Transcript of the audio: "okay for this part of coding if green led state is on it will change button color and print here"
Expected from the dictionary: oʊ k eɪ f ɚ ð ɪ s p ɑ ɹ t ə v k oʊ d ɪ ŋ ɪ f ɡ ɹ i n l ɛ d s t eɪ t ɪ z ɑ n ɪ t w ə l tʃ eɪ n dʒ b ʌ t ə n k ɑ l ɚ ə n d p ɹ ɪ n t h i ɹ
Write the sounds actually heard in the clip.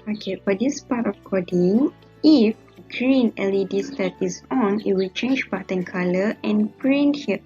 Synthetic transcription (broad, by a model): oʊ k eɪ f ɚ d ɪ s p ɑ t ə f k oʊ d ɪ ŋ ɪ f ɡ ɹ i n l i d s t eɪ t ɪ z ɑ n ɪ t w ə l tʃ eɪ n dʒ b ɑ t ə n k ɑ l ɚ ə n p ɹ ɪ n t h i